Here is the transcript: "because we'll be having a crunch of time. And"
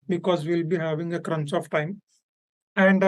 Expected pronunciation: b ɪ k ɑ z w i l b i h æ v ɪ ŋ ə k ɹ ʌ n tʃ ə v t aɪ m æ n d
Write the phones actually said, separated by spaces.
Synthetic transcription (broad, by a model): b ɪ k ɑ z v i l b i h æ v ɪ ŋ ə k ɹ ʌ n s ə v t aɪ m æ n d